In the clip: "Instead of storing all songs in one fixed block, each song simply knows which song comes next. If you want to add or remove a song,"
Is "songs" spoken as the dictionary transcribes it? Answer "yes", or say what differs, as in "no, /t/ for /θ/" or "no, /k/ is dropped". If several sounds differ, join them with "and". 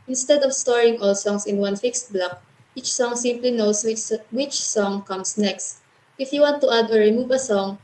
no, /s/ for /z/